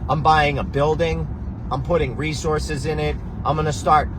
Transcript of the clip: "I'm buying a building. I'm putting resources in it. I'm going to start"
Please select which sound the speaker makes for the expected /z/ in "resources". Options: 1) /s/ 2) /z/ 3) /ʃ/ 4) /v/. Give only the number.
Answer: 2